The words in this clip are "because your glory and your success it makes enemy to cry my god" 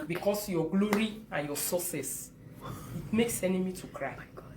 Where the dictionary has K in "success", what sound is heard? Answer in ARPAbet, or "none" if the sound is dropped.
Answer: none